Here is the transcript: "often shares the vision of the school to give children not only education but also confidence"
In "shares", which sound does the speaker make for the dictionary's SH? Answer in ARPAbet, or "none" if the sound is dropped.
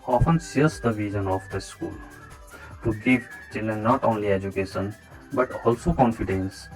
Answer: S